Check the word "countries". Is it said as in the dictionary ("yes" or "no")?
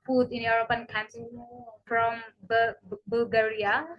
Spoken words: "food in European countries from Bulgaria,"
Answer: no